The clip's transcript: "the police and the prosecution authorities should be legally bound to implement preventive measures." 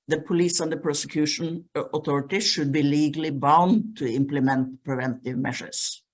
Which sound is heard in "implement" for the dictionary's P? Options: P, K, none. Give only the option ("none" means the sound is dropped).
P